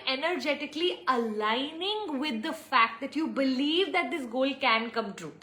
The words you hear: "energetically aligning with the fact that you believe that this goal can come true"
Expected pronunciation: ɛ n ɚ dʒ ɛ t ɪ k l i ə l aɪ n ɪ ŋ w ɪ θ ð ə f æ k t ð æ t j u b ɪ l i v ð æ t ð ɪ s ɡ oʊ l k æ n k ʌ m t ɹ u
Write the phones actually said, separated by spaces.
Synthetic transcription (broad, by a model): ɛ n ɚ dʒ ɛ t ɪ k l i ə l aɪ n ɪ ŋ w ɪ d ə f æ k t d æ t j u b ɪ l i v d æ t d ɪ s ɡ oʊ l k æ n k ʌ m t ɹ u